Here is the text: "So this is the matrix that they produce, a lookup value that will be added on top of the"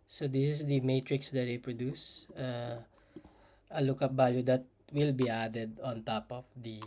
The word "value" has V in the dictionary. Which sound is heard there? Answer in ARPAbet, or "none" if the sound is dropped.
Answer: B